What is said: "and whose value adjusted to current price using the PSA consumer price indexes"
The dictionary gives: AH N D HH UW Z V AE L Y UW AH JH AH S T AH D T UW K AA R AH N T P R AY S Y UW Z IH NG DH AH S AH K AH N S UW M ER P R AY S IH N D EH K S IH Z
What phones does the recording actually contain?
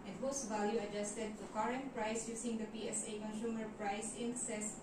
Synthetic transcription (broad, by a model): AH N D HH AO S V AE L Y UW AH JH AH S T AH D T UW K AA R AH N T P R AY S Y UW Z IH NG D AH S AH K AH N S UW M ER P R AY S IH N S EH S